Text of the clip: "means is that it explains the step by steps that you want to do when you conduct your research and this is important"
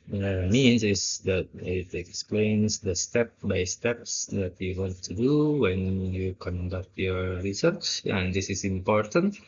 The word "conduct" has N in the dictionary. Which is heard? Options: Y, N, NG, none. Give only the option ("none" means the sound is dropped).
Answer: N